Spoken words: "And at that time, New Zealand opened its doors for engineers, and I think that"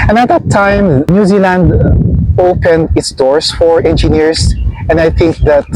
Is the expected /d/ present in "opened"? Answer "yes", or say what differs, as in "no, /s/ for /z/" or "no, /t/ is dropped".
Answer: yes